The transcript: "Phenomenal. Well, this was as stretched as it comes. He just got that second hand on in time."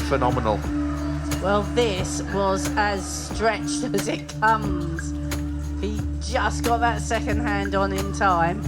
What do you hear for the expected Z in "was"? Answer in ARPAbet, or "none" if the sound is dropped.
Z